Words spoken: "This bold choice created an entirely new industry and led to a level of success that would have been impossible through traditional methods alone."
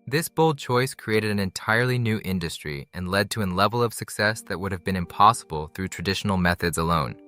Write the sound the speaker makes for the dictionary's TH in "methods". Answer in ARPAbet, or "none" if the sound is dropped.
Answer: TH